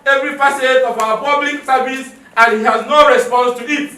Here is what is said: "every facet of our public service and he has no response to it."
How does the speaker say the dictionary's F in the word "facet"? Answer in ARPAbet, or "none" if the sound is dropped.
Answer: P